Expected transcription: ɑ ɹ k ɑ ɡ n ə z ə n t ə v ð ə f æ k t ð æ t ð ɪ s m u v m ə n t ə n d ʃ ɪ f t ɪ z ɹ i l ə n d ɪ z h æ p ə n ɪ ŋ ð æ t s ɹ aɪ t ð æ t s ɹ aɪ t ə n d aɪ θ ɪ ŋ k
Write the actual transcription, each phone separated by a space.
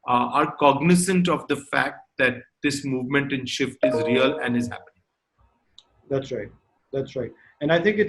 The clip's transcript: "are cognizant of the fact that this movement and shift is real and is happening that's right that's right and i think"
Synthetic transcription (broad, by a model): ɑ ɹ k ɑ ɡ n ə s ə n t ə v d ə f æ k t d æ t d ɪ s m u v m ə n t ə n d ʃ ɪ f t ɪ z ɹ i l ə n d ɪ z h æ p ə n ɪ ŋ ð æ t s ɹ aɪ t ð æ t s ɹ aɪ t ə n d aɪ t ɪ ŋ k